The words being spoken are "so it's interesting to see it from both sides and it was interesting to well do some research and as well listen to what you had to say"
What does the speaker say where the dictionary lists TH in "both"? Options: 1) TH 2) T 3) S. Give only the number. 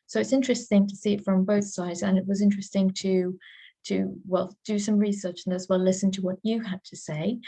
1